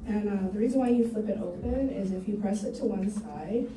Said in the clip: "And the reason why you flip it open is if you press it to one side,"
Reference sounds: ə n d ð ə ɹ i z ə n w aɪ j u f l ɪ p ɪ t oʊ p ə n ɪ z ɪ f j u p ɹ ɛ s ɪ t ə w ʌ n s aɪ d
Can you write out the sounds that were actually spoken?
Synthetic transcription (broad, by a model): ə n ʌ ð ə ɹ i z ə n w aɪ j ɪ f l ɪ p ɪ t oʊ p ə n ɪ z ɪ f j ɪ p ɹ ɛ s ɪ t ə w ʌ n s aɪ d